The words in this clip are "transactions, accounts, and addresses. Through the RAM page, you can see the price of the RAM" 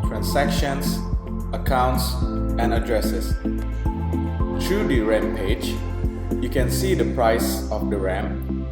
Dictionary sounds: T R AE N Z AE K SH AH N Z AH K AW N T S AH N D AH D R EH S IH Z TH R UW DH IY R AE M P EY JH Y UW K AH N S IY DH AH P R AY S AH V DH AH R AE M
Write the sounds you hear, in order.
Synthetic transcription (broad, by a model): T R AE N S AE K SH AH N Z AH K AW N T S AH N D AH D R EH S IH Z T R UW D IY R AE M P EY JH Y UW K AH N S IY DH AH P R AY S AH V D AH R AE M